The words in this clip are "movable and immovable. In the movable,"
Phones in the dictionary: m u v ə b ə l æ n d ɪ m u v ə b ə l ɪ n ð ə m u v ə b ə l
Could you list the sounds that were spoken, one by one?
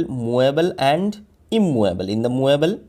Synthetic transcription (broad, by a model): m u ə b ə l æ n d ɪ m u ə b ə l ɪ n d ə m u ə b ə l